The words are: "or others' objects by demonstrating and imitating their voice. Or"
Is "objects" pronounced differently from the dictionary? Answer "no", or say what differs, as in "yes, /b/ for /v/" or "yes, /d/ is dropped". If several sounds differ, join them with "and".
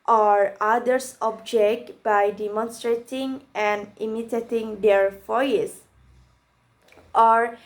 yes, /s/ is dropped